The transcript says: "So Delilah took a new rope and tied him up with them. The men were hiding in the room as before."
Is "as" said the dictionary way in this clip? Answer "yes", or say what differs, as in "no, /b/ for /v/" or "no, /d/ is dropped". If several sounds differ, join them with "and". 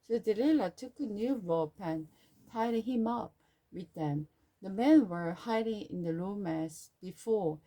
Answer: no, /s/ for /z/